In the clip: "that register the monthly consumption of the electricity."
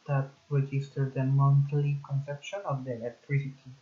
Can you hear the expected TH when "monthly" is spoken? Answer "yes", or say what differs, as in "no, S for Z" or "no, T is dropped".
no, T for TH